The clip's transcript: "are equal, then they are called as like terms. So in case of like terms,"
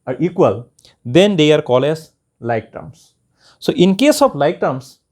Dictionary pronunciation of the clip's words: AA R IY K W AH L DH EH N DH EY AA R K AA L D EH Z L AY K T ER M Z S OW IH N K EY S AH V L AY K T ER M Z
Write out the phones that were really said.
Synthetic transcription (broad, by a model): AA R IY K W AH L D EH N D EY AA R K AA L EH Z L AY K T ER M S S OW IH N K EY S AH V L AY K T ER M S